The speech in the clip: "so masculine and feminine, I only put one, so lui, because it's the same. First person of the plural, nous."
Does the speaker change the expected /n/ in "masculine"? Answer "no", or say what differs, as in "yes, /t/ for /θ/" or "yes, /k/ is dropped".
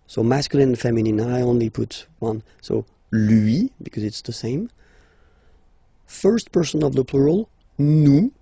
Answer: yes, /l/ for /n/